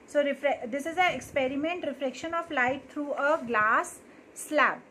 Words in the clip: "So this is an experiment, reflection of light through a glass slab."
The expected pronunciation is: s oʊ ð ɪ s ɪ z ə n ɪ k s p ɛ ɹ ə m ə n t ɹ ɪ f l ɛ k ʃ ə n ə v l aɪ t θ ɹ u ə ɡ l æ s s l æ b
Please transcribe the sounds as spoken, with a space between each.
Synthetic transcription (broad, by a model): s oʊ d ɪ s ɪ z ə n ɪ k s p ɛ ɹ ə m ə n t ɹ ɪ f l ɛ k ʃ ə n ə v l aɪ t t ɹ u ə ɡ l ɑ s s l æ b